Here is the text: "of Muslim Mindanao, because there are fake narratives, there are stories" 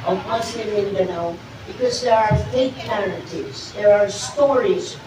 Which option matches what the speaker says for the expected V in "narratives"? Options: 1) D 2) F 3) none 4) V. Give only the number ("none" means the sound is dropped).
3